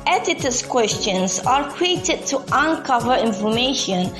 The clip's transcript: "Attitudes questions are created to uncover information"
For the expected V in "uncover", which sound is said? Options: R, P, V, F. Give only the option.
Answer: V